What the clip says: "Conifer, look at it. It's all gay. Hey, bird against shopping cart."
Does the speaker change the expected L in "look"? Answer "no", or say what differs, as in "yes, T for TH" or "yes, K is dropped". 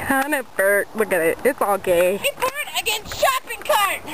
yes, W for L